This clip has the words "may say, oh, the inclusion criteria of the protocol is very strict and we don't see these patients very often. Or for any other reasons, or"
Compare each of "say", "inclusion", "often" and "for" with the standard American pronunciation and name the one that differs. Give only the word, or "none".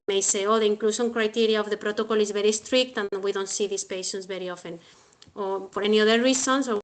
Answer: inclusion